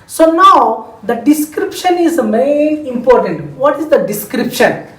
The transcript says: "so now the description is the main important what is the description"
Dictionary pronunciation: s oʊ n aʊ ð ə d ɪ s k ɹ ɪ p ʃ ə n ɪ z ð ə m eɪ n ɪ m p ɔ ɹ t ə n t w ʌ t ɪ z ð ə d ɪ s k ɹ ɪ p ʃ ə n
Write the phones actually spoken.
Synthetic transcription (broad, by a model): s oʊ n aʊ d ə d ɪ s k ɹ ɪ p ʃ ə n ɪ z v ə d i ɪ m p ɔ ɹ t ə n t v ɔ t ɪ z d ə d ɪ s k ɹ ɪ p ʃ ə n